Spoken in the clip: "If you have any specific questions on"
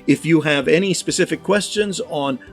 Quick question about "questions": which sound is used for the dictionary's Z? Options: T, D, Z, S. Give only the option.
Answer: Z